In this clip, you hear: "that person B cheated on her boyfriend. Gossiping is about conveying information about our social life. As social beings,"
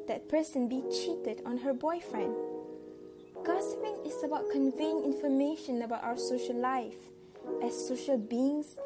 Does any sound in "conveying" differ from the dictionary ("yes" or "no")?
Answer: no